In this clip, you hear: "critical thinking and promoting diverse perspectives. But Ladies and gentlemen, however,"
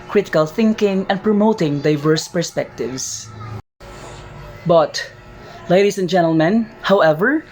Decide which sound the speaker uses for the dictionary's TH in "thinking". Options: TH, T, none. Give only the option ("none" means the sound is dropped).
TH